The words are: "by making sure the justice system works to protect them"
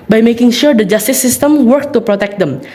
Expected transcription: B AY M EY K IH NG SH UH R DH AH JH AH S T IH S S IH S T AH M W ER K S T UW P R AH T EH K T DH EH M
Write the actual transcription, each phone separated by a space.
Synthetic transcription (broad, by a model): B AY M EY K IH NG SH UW R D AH JH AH S T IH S S IH S T AH M W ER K T UW P R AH T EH K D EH M